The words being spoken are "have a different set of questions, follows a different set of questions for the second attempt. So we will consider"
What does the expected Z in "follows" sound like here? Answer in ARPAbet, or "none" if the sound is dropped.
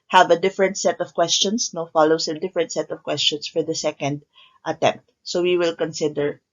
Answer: S